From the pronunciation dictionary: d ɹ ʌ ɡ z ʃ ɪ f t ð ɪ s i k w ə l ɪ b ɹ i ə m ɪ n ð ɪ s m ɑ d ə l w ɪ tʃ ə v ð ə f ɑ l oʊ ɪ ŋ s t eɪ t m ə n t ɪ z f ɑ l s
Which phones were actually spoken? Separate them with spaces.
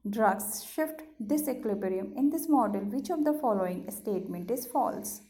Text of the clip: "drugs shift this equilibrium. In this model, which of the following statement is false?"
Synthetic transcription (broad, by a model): d ɹ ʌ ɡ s ʃ ɪ f t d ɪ s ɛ k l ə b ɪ ɹ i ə m ɪ n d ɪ s m ɑ d ə l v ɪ tʃ ə v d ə f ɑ l oʊ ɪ ŋ s t eɪ t m ə n t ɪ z f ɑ l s